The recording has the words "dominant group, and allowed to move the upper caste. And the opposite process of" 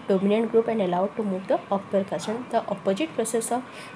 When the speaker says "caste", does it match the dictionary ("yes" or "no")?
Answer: no